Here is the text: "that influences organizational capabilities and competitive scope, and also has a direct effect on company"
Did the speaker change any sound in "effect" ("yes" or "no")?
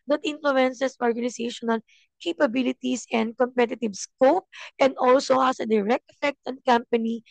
no